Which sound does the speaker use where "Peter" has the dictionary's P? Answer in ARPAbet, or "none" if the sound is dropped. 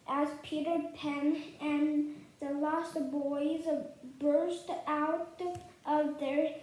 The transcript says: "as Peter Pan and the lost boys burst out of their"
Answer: P